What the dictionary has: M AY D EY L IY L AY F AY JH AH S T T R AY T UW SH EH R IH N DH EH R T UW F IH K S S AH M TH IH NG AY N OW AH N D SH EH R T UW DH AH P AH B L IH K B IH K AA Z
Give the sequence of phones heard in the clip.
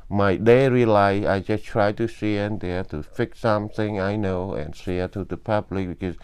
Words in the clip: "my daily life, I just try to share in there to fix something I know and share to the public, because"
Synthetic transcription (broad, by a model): M AY D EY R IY L AY AY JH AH S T T R AY T UW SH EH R IH N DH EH T UW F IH K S S AH M TH IH NG AY N OW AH N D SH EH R T UW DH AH P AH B L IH K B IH K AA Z